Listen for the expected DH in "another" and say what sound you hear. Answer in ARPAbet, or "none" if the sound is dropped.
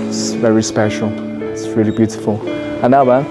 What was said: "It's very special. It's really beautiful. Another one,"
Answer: none